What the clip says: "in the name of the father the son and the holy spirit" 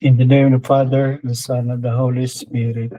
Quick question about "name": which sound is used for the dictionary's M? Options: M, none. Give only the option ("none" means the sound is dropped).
none